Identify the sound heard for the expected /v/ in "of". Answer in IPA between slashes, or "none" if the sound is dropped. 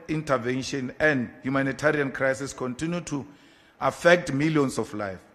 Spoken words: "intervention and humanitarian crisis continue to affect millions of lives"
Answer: /f/